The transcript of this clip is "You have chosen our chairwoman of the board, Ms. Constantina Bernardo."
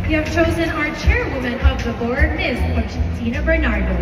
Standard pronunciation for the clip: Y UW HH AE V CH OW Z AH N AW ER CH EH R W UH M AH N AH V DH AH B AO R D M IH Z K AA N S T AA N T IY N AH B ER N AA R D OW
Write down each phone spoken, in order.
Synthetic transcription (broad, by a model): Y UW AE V CH OW Z AH N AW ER CH EH R W UH M AH N AH V DH AH B AO R D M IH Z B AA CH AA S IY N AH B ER N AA R D OW